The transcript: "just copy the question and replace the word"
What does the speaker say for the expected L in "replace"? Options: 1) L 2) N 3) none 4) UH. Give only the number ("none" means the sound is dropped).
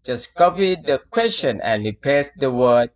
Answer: 3